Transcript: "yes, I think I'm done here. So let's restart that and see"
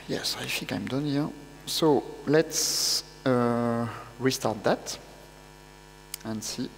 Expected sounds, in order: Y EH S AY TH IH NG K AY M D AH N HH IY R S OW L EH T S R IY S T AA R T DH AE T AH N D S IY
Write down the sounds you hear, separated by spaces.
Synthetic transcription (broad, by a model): Y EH S AY F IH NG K AY M D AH N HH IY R S OW L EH T S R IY S T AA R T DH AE T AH N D S IY